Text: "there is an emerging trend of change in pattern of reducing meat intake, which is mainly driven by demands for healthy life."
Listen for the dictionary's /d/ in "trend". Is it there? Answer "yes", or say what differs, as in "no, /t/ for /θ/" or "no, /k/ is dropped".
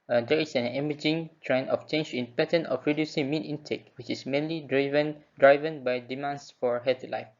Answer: no, /d/ is dropped